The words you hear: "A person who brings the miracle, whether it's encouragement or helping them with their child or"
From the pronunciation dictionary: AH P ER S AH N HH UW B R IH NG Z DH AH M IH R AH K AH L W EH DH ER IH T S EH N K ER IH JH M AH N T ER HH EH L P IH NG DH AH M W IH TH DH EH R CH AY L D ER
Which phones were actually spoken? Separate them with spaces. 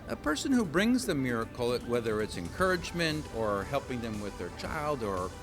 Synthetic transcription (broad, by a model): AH P ER S AH N HH UW B R IH NG Z DH AH M IH R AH K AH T W EH DH ER IH T S EH N K ER IH JH M AH N T ER HH EH L P IH NG DH AH M W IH DH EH R CH AY L D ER